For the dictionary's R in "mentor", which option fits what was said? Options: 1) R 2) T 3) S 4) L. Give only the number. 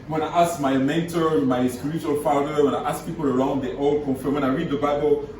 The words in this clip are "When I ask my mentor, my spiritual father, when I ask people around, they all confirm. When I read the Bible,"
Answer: 1